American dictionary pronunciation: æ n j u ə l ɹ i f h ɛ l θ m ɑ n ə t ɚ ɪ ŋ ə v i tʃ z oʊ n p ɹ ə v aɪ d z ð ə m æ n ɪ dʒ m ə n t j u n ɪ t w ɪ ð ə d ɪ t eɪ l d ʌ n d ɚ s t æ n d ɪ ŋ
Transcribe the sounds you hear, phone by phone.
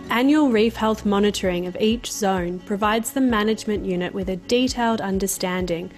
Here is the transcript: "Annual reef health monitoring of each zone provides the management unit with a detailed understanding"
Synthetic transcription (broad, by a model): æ n j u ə l ɹ i f h ɛ l θ m ɑ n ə t ɚ ɪ ŋ ə v i tʃ z oʊ n p ɹ ə v aɪ d z ð ə m æ n ɪ dʒ m ə n t j u n ɪ t w ɪ ð ə d ɪ t eɪ l d ʌ n d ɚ s t æ n d ɪ ŋ